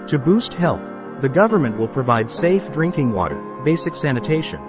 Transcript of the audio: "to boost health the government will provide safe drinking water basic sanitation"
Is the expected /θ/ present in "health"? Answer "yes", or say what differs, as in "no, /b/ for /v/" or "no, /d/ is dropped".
yes